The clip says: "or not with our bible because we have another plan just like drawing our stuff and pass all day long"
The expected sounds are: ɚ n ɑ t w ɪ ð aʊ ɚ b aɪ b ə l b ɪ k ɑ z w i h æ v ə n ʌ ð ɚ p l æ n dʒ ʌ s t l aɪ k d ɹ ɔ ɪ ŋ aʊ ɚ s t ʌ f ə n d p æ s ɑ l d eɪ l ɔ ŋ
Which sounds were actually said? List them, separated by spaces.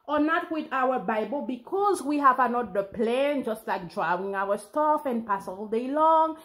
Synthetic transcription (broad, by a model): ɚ n ɑ t w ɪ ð aʊ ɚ b aɪ b ə l b ɪ k ɑ z w i h æ v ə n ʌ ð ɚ p l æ n dʒ ʌ s t l aɪ k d ɹ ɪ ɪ ŋ aʊ ɚ s t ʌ f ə n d p æ s ɑ l d eɪ l ɔ ŋ